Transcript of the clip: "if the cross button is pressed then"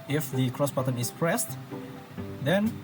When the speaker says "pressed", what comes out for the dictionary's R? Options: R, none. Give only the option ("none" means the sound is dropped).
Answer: R